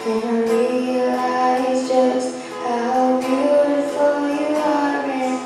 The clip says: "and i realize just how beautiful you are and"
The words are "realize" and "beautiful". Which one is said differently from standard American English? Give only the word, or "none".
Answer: realize